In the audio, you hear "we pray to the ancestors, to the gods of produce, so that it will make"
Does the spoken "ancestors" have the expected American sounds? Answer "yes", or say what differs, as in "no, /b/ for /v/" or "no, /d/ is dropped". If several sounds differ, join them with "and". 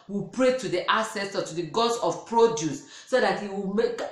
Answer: no, /n/ is dropped and /z/ is dropped